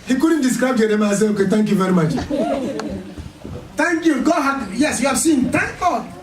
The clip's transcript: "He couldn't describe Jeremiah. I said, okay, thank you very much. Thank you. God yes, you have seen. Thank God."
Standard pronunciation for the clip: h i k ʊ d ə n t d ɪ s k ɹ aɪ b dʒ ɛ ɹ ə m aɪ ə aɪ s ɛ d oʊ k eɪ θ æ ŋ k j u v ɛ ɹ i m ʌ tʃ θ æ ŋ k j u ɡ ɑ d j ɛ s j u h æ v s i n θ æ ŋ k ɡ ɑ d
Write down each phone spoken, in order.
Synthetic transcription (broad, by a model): h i k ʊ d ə n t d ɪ s k ɹ aɪ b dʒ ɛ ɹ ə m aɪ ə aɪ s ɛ oʊ k eɪ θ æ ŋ k j u v ɛ ɹ i m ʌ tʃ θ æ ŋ k j u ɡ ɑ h j ɛ s j u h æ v s i n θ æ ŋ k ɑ